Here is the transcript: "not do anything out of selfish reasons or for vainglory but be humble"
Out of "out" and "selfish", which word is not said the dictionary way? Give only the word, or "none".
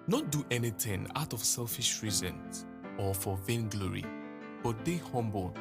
none